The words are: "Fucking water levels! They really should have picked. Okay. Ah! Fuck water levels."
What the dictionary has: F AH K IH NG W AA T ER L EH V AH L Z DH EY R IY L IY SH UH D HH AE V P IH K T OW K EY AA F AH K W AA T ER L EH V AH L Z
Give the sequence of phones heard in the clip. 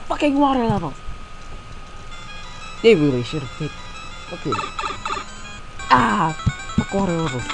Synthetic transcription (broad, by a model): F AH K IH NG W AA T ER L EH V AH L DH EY R IY L IY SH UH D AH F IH T OW K EY AA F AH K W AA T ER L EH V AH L